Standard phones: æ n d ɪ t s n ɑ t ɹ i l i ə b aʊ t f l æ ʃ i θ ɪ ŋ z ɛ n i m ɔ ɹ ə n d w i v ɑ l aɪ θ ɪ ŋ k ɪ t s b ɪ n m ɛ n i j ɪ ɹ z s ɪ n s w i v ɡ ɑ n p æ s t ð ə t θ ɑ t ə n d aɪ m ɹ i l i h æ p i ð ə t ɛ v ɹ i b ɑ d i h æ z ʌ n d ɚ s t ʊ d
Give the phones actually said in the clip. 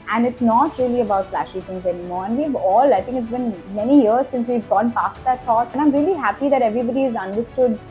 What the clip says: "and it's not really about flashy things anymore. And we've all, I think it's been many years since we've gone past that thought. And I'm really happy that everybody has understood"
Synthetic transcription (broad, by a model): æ n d ɪ t s n ɑ t ɹ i l i ə b aʊ t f l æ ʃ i t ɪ ŋ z ɛ n i m ɔ ɹ ə n d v i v ɑ l aɪ t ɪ ŋ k ɪ t s b ɪ n m ɛ n i j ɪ ɹ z s ɪ n s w i v ɡ ɑ n p æ s t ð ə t t ɑ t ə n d aɪ m ɹ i l i h æ p i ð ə t ɛ v ɹ i b ɑ d i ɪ z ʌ n d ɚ s t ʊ d